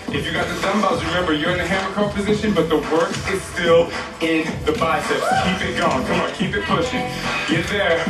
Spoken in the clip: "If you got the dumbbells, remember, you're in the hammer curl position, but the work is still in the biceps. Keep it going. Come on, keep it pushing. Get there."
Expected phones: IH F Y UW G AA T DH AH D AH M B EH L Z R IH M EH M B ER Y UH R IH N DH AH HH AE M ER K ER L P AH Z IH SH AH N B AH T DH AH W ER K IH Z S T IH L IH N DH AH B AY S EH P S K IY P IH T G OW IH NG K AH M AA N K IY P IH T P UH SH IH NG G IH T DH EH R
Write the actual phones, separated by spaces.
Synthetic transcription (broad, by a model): IH F Y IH G AA T DH AH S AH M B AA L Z R IH M EH M B ER Y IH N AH HH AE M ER K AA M P AH Z IH SH AH N B AH T DH AH W ER K IH Z S T IH L IH N DH AH B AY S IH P K IY P IH T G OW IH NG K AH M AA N K IY P IH T P UH SH IH NG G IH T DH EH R